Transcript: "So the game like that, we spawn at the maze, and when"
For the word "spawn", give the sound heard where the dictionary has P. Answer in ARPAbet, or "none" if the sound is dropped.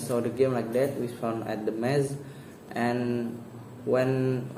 F